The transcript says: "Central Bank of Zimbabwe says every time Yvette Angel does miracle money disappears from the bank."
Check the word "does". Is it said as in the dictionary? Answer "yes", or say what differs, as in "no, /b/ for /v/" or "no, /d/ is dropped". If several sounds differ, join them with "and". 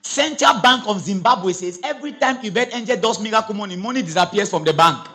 no, /s/ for /z/